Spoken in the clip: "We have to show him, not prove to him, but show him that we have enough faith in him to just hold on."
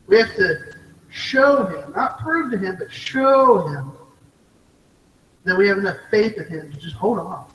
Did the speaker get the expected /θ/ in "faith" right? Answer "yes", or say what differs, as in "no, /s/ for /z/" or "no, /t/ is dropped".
yes